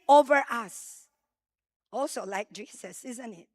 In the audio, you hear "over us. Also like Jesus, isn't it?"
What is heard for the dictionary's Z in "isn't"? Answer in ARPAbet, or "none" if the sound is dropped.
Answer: Z